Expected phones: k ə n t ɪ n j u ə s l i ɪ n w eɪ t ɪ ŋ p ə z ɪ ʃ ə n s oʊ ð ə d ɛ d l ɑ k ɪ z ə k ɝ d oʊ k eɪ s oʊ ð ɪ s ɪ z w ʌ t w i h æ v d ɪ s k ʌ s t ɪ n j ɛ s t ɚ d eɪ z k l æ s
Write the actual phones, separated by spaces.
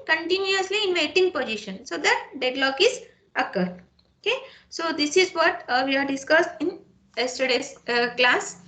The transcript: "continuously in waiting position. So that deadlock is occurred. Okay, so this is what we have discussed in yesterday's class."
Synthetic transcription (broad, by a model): k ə n t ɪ n j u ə s l i ɪ n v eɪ t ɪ ŋ p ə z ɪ ʃ ə n s oʊ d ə d ɛ d l ɑ k ɪ z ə k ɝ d oʊ k eɪ s oʊ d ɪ s ɪ z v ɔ t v i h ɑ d d ɪ s k ʌ s t ɪ n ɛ s t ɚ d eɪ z k l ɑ s